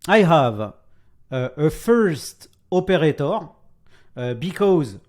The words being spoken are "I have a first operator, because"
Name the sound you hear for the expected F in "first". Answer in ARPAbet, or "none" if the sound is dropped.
F